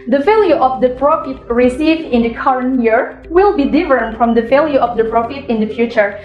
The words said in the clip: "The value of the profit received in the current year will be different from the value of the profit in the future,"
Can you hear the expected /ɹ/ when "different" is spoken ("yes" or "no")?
no